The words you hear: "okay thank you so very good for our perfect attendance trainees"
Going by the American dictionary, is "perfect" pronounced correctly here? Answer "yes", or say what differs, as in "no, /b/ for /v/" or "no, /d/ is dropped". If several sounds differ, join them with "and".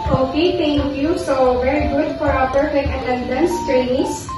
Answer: no, /t/ is dropped